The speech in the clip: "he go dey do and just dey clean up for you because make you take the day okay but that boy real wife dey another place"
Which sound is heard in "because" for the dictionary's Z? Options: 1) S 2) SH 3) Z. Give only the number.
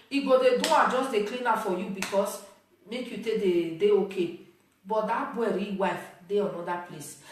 1